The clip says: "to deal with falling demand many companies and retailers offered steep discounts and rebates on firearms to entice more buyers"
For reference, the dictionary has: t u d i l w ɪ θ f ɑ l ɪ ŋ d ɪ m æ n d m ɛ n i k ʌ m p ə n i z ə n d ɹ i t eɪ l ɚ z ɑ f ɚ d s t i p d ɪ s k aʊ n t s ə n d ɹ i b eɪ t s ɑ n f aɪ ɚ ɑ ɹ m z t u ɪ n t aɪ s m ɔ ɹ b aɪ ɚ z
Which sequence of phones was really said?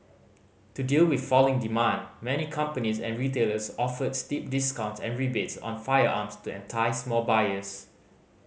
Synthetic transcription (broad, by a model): t u d i l w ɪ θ f ɑ l ɪ ŋ d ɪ m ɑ n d m ɛ n i k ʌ m p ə n i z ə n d ɹ i t eɪ l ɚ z ɑ f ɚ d s t i p d ɪ s k aʊ n t s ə n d ɹ i b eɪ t s ɑ n f aɪ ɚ ɑ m s t u ɪ n t aɪ s m ɔ l b aɪ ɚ s